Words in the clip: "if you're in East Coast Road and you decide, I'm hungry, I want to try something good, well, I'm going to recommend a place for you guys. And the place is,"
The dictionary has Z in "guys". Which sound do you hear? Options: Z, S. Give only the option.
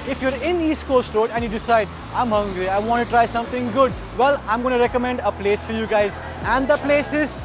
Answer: Z